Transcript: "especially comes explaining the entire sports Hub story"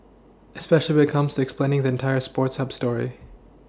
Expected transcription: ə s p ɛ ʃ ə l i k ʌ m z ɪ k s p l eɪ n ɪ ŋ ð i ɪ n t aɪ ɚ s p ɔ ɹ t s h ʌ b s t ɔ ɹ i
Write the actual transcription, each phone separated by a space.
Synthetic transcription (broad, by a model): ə s p ɛ ʃ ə n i k ʌ m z ɪ k s p l eɪ n ɪ ŋ ð i ɪ n t aɪ ɚ s p ɔ ɹ t s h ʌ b s t ɔ ɹ i